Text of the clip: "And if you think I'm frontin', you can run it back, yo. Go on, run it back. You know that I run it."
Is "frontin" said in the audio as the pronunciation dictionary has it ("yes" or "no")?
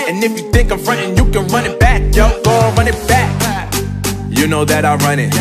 yes